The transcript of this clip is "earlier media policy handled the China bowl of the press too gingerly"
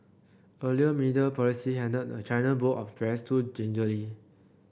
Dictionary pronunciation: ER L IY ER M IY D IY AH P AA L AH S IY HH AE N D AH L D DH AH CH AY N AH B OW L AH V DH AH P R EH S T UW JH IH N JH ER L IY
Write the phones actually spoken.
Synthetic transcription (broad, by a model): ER L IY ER M IY D IY AH P AA L AH S IY HH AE N D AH D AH CH AY N AH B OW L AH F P R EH S T UW JH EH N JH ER L IY